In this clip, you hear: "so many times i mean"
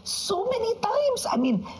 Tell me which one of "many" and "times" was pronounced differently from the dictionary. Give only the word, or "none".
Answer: times